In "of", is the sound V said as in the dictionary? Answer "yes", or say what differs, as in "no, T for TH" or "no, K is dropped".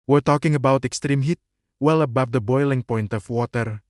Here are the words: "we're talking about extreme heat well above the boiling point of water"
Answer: no, F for V